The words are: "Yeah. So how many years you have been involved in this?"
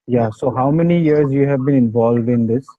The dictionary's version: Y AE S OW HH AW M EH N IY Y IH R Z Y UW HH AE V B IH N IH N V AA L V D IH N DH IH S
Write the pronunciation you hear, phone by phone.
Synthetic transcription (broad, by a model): Y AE S OW HH AW M EH N IY Y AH R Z Y UW HH AE V B IH N IH N V AA L V D IH N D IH S